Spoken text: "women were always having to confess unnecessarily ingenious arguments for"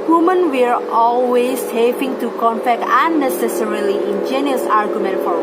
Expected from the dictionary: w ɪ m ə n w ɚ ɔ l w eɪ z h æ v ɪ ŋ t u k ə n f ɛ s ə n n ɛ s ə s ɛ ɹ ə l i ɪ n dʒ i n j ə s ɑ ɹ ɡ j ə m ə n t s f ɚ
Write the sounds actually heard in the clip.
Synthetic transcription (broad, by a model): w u m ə n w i ɔ l w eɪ s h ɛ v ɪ ŋ t u k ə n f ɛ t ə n n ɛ s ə s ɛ ɹ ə l i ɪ n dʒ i n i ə s ɑ ɹ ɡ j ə m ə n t f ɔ